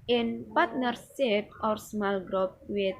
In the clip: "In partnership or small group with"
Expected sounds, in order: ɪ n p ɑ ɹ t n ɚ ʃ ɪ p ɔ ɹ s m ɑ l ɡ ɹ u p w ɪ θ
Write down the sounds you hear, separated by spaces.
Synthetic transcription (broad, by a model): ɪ n p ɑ ɹ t n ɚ s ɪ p ɔ ɹ s m ɑ l ɡ ɹ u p w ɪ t